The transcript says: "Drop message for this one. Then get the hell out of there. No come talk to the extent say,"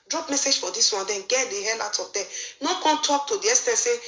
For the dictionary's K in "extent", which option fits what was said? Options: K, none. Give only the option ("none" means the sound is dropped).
none